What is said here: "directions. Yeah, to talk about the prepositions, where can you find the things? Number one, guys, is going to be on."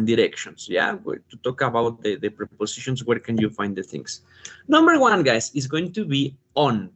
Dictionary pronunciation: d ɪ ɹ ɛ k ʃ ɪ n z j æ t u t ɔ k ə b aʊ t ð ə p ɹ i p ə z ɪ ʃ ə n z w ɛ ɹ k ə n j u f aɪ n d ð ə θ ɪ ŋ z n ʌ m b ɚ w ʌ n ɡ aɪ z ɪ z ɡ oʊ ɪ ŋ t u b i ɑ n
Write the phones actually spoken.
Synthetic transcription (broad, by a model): d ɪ ɹ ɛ k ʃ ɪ n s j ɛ t u t ɔ k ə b aʊ t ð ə p ɹ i p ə s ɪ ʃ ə n s w ɛ ɹ k ə n j u f aɪ n d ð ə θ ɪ ŋ s n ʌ m b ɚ w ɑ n ɡ aɪ s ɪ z ɡ oʊ ɪ ŋ t u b i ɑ n